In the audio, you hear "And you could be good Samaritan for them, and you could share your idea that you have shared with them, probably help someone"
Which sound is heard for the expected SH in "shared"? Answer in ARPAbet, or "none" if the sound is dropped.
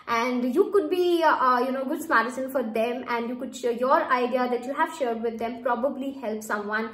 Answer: SH